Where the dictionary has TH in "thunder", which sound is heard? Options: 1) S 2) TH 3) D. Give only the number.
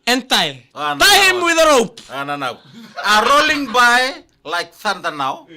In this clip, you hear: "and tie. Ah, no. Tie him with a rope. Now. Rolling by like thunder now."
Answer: 1